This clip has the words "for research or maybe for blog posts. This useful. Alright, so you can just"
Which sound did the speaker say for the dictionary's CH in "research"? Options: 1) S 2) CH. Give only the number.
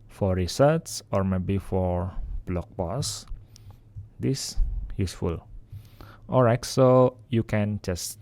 1